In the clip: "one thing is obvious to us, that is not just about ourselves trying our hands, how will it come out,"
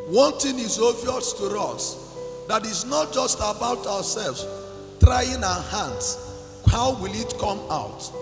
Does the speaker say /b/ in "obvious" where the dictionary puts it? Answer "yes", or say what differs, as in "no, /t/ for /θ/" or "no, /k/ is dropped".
no, /b/ is dropped